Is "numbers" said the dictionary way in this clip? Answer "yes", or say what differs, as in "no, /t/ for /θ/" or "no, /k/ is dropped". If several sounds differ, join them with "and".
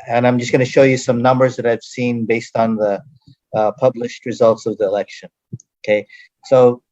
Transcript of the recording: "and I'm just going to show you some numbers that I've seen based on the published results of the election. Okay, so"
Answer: yes